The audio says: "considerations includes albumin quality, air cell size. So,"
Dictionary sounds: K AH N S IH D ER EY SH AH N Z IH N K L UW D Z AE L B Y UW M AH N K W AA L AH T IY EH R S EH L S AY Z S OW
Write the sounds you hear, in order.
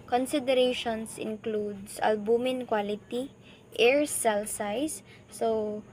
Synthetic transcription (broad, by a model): K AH N S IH D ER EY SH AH N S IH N K L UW D S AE L B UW M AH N K W AA L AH T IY EH R S EH L S AY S OW